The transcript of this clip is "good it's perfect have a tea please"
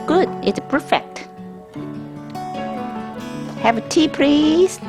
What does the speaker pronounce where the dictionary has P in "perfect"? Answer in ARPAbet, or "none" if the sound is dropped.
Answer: P